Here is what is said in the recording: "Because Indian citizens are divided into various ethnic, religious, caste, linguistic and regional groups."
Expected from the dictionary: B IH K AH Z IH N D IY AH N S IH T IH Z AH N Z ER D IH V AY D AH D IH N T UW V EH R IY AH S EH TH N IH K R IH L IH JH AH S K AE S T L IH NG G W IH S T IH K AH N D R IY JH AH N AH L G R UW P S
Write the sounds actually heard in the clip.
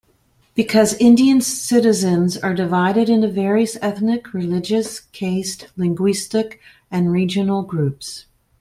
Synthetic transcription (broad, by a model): B IH K AH Z IH N D IY AH N S IH T IH Z AH N Z ER D IH V AY D AH D IH N T UW V EH R IY AH S EH TH N IH K R IH L IH JH AH S K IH S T L IH NG G W IH S T IH K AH N R IY JH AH N L G R UW P S